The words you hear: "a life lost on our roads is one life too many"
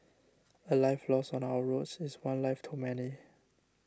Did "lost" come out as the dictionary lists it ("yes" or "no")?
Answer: no